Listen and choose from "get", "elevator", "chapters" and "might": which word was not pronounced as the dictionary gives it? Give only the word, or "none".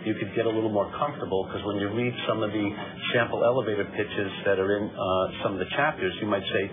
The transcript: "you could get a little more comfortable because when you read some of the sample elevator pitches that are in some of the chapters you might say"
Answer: none